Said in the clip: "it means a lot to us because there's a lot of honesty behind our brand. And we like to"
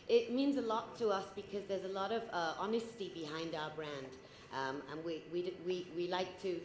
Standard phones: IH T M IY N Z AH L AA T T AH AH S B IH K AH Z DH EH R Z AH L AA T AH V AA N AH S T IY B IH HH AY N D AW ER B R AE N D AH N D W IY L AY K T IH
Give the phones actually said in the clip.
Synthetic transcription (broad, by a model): IH T M IY N Z AH L AA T T AH AH S B IH K AH Z DH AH R Z AH L AA T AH V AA N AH S T IY B IH HH AY N D AW ER B R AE N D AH N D W IY L AY K T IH